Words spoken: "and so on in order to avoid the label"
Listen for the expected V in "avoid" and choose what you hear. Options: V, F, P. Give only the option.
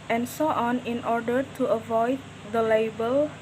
V